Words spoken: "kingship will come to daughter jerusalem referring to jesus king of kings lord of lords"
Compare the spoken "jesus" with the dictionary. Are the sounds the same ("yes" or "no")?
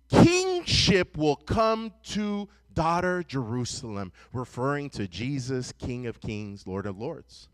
yes